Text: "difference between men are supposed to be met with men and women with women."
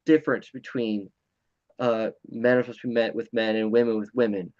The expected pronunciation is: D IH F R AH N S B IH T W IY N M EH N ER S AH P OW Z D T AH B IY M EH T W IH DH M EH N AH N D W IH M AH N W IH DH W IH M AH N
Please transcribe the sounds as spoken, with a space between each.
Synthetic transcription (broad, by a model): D IH F R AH N S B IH T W IY N M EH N ER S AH UH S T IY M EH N W IH DH M EH N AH N W IH M AH N W IH DH W IH M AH N